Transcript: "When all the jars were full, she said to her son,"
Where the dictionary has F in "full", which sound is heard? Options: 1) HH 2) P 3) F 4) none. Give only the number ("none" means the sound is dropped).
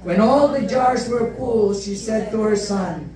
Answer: 2